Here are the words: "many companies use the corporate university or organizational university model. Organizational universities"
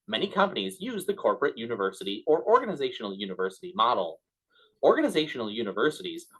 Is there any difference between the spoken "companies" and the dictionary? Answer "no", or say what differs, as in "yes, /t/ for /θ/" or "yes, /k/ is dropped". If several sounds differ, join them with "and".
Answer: no